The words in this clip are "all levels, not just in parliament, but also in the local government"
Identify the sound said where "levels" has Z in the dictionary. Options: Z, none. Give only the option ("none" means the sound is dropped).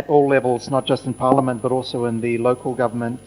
Z